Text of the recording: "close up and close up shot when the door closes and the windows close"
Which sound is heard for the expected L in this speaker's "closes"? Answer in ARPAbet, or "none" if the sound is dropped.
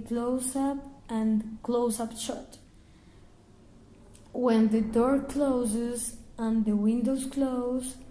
L